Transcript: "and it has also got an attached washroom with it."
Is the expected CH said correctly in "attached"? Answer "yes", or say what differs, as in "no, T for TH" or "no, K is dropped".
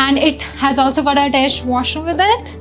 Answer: no, S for CH